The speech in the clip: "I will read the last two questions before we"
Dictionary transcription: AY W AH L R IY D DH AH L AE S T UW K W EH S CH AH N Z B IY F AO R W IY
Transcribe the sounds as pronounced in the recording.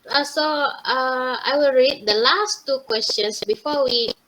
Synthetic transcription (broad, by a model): AY W AH L R IY D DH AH L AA S T UW K W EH S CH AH N S B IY F AO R W IY